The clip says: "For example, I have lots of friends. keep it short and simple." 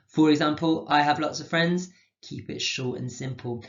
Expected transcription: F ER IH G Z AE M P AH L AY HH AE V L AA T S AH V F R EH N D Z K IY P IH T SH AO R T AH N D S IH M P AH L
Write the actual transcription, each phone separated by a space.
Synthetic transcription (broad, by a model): F ER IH G Z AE M P AH L AY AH V L AA T S AH V F R EH N D Z K IY P IH T SH AO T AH N S IH M P AH L